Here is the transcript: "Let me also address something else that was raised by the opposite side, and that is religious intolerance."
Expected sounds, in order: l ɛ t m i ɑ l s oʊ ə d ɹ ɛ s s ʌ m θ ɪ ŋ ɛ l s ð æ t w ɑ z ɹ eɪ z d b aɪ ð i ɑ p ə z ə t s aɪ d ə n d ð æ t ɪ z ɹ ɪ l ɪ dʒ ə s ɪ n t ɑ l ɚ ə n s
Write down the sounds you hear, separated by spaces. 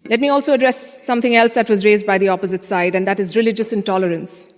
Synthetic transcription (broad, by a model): l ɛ t m i ɑ l s oʊ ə d ɹ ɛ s s ʌ m t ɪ ŋ ɛ l s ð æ t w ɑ z ɹ eɪ z d b aɪ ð i ɑ p ə z ə t s aɪ d ə n d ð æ t ɪ z ɹ ɪ l ɪ dʒ ə s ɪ n t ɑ l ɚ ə n s